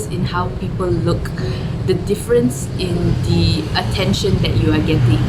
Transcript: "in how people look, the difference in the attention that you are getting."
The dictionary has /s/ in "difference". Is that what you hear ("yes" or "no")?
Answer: yes